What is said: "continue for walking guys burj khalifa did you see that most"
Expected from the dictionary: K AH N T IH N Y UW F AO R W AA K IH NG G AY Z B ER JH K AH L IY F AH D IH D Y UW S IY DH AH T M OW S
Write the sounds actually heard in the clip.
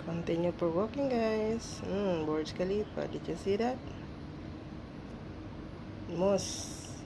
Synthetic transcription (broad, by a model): K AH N T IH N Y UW P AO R W AA K IH NG G AY S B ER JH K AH L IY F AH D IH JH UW S IY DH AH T M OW S